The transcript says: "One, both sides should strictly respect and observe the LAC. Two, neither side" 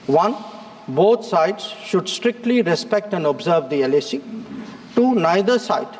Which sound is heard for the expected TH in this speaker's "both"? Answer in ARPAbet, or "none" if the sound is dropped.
T